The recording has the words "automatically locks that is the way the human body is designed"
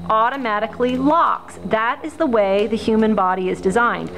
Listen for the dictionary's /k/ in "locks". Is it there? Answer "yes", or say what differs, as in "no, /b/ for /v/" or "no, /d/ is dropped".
yes